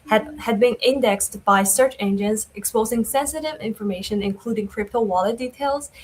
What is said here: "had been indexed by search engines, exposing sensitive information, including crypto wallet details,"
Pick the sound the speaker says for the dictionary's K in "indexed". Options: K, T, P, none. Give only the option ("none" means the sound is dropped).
K